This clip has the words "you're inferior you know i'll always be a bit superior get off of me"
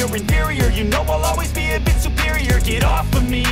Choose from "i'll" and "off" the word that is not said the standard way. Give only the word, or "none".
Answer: none